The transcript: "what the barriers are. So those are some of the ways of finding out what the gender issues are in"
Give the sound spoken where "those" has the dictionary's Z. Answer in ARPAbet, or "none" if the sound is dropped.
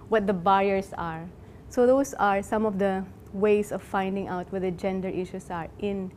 S